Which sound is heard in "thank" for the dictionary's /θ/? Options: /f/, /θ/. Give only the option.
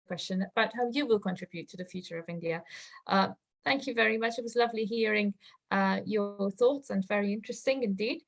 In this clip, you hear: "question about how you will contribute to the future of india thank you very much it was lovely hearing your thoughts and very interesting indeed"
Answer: /θ/